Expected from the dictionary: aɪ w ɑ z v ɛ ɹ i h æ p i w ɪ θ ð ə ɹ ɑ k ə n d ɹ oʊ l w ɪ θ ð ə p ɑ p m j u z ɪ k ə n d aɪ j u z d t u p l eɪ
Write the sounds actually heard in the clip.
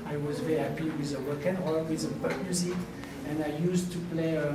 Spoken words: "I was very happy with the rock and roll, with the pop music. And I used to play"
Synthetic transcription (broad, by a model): aɪ w ɑ z v ɛ ɹ i h æ p i w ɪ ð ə w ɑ k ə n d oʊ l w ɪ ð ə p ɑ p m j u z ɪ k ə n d aɪ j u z t u p l eɪ